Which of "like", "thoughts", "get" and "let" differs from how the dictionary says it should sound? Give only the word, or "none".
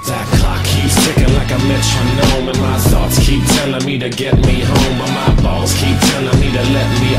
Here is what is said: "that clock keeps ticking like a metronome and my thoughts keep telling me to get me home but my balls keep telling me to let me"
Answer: thoughts